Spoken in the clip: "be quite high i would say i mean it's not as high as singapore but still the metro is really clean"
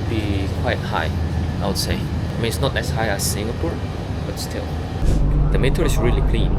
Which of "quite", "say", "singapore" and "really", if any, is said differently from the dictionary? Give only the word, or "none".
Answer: none